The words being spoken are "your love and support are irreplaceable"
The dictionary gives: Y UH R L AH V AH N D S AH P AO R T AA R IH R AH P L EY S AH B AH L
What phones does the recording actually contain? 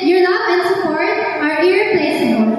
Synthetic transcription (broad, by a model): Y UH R N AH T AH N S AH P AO R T AA R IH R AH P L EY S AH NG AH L